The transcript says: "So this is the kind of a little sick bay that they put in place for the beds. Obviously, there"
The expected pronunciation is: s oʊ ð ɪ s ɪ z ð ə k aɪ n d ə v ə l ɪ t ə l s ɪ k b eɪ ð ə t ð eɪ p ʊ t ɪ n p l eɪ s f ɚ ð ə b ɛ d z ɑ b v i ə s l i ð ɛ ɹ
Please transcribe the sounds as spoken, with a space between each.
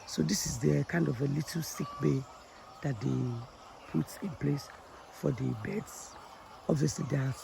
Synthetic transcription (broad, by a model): s oʊ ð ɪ s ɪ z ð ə k aɪ n d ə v ə l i t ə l s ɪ k b eɪ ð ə t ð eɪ p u t ɪ n p l eɪ s f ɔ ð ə b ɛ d s ɑ b v i ə s l i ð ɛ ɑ